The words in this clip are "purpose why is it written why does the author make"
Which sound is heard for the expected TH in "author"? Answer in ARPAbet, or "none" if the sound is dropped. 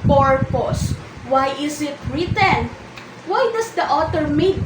T